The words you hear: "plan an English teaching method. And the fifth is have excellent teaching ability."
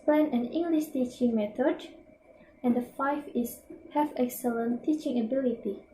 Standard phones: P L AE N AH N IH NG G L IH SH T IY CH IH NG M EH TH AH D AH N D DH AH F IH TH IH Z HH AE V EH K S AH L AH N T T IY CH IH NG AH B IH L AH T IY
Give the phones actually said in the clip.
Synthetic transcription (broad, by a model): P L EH N AH N IH NG G L IH SH T IY CH IH NG M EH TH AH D AH N D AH F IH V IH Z HH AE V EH K S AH L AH N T T IY CH IH NG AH B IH L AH T IY